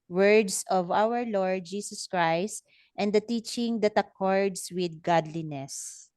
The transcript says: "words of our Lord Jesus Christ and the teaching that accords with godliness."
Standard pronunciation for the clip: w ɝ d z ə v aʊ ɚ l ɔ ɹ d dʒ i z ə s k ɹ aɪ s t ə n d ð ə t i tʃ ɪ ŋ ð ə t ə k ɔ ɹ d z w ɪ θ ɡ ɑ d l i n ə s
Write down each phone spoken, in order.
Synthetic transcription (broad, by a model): w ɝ d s ə v aʊ ɚ l ɔ ɹ d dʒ i s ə s k ɹ aɪ s t ə n d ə t i tʃ ɪ ŋ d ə t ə k ɔ ɹ d s w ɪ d ɡ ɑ d l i n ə s